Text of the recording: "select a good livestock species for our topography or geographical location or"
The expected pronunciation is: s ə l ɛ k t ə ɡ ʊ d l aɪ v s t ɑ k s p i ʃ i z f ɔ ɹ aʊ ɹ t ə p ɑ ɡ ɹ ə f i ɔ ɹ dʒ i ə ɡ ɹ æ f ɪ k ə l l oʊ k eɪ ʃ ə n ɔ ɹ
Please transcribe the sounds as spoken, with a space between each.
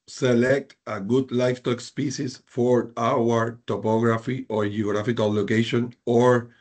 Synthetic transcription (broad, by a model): s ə l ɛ k t ə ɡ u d l aɪ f t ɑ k s p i s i s f ɔ ɹ aʊ ɹ t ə p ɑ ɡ ɹ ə f i ɔ ɹ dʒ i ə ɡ ɹ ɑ f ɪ k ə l l oʊ k eɪ ʃ ə n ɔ ɹ